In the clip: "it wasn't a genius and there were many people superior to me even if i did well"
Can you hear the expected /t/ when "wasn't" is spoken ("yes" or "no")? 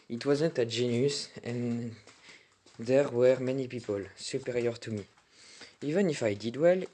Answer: yes